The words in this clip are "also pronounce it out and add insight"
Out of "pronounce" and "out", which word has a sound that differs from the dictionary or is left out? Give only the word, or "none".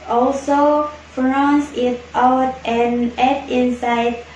pronounce